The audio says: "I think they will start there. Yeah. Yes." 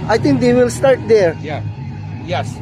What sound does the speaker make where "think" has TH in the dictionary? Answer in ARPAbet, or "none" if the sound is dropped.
T